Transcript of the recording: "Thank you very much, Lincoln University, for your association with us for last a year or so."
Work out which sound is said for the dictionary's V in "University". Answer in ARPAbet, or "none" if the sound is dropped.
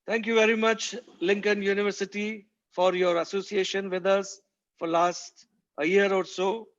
V